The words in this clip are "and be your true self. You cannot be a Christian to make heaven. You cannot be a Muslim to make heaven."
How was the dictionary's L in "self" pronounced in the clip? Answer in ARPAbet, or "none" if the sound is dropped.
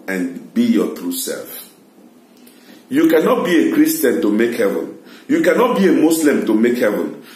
L